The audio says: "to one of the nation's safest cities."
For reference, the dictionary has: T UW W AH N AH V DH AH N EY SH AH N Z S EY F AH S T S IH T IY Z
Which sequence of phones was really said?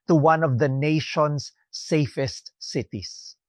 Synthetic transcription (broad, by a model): T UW W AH N AH V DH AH N EY SH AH N S EY F AH S T S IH T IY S